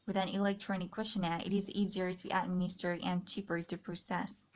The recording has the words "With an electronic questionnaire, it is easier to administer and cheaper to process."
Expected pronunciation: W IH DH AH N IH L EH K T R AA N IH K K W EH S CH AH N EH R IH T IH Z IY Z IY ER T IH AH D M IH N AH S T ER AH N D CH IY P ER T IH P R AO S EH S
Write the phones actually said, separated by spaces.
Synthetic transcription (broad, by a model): W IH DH AH N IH L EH K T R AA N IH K K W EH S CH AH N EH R IH T IH Z IY Z IY ER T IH AH D M IH N AH S T ER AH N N CH IY P ER T IH P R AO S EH S